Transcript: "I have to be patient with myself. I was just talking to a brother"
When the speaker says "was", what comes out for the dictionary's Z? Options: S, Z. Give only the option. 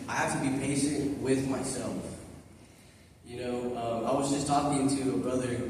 Z